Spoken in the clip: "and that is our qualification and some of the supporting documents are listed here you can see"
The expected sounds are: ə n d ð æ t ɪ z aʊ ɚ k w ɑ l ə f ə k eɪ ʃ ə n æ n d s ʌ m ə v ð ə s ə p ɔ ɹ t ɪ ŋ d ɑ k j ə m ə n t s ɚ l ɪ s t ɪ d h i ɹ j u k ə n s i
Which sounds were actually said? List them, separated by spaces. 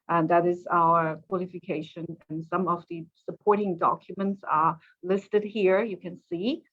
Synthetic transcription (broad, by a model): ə n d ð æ t ɪ z aʊ ɚ k w ɑ l ə f ə k eɪ ʃ ə n n s ʌ m ə v ð ə s ə p ɔ ɹ t ɪ ŋ d ɑ k j ə m ə n t s ɚ l ɪ s t ɪ d h i ɹ j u k ə n s i